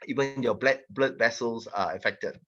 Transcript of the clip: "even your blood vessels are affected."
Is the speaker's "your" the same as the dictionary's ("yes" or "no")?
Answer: no